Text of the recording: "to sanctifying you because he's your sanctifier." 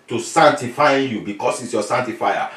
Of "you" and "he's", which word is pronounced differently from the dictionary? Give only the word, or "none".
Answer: he's